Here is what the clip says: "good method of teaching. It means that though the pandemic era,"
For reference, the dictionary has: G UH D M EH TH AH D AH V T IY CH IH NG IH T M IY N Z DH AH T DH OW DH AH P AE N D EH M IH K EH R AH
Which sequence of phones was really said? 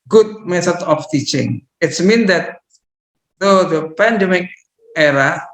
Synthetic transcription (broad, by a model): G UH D M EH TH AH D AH F T IY CH IH NG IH T M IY N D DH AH T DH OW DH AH P AE N D EH M IH K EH R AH